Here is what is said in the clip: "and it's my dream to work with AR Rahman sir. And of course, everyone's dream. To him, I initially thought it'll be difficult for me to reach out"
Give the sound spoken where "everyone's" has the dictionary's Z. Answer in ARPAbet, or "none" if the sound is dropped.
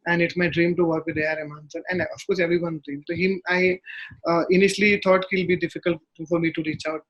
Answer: none